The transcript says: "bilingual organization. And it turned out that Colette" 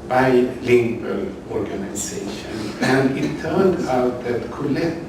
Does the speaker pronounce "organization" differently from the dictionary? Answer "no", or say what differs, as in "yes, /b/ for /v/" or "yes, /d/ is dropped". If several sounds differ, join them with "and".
yes, /s/ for /z/